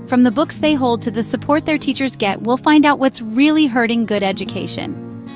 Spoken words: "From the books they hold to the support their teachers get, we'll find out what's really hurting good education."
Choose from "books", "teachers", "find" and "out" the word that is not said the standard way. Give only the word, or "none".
none